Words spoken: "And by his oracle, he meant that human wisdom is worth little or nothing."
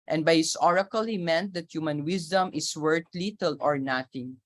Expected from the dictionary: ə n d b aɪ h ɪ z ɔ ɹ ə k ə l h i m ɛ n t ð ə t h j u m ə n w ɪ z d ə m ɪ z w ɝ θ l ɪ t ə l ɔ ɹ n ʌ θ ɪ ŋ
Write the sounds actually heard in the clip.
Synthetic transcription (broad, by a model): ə n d b aɪ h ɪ s ɔ ɹ ə k ə l h i m ɛ n t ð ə t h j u m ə n w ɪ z d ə m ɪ s w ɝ t l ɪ t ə l ɔ ɹ n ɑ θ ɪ ŋ